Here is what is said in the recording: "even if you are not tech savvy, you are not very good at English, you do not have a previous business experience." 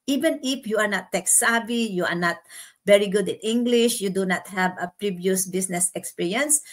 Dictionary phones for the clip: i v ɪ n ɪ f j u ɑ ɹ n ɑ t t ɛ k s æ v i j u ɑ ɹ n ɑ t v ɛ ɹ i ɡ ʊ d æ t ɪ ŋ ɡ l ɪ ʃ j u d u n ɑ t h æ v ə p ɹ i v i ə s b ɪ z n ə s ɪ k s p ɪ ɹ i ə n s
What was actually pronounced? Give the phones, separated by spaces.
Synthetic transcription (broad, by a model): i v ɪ n ɪ f j u ɑ ɹ n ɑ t t ɛ k s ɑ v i j u ɑ ɹ n ɑ t v ɛ ɹ i ɡ ʊ d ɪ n ɪ ŋ ɡ l ɪ ʃ j u d u n ɑ t h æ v ə p ɹ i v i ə s b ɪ s n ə s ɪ k s p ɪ ɹ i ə n s